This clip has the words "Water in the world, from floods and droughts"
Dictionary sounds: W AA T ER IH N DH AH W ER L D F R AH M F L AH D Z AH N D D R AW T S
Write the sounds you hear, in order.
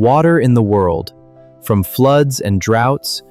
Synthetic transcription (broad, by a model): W AA T ER IH N DH AH W ER L D F R AH M F L AH D Z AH N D D R AW T S